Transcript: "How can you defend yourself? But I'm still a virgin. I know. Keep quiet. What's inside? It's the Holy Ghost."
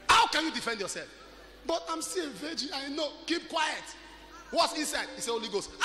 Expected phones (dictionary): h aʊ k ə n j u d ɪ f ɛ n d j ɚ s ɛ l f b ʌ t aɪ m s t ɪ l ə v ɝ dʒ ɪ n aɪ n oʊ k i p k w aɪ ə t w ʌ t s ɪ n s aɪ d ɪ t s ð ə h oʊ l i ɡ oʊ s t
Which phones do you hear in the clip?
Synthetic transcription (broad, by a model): h aʊ k ə n j u d ɪ f ɛ n d j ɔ s ɛ l f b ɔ t aɪ m s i ə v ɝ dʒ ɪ aɪ n oʊ k i p k w aɪ ə t w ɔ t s ɪ n s aɪ d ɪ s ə h oʊ l i ɡ oʊ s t